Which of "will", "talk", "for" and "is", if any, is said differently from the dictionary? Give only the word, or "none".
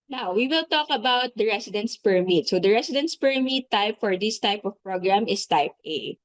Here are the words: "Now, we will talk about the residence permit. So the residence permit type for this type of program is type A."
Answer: is